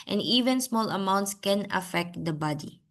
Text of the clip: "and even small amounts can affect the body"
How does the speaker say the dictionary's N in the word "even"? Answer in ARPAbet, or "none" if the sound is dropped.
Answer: N